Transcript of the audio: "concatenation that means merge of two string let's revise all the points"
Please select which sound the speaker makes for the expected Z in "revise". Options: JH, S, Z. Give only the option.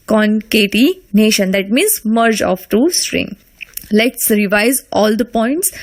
Z